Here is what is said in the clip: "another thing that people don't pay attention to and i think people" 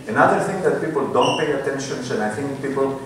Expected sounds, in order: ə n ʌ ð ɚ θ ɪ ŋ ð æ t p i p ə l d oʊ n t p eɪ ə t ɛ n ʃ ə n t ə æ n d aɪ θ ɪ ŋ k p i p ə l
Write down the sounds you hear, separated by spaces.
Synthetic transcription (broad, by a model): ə n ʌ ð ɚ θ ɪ ŋ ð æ t p i p ə l d oʊ n t p eɪ ə t ɛ n ʃ ə n s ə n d aɪ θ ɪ ŋ k p i p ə l